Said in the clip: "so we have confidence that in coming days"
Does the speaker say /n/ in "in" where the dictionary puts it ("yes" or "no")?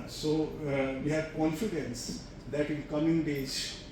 no